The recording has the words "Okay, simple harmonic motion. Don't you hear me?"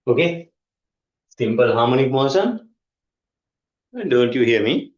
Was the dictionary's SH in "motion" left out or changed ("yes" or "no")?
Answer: yes